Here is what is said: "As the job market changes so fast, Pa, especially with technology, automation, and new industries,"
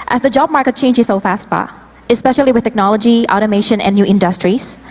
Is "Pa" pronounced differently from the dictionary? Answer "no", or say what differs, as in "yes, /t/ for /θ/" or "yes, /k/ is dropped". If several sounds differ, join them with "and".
yes, /b/ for /p/